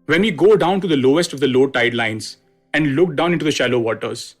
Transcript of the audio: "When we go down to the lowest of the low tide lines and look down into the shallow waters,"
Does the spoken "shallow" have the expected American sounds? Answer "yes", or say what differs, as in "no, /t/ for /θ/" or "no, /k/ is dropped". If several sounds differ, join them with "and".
yes